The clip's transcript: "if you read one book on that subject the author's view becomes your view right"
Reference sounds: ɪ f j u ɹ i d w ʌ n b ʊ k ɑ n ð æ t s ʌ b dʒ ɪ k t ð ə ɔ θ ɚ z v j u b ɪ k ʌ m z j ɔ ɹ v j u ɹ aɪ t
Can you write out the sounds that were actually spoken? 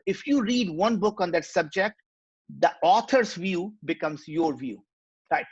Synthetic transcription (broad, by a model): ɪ f j u ɹ i d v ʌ n b ʊ k ɑ n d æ t s ʌ b dʒ ɪ k t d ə ɔ t ɚ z v j u b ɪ k ʌ m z j ɔ ɹ v j u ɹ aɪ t